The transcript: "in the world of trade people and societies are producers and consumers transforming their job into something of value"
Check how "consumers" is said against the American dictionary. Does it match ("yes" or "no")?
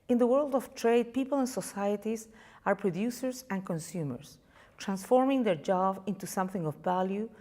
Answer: no